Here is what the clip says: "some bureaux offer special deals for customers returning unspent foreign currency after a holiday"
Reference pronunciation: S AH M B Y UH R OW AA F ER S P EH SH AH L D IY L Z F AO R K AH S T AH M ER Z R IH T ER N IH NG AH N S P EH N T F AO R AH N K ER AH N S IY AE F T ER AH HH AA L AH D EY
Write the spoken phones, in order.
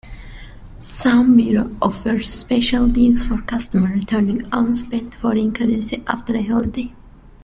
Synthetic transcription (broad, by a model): S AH M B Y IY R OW AA F ER S P EH SH AH L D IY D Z F AO R K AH S T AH M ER R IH T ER N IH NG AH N S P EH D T F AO R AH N K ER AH N S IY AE F T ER AH HH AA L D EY